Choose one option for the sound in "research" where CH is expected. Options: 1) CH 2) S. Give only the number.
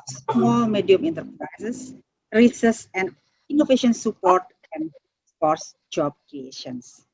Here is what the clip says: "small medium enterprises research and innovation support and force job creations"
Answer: 2